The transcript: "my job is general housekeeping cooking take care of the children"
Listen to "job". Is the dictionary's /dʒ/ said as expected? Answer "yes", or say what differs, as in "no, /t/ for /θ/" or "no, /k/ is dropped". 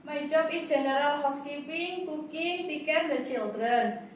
no, /tʃ/ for /dʒ/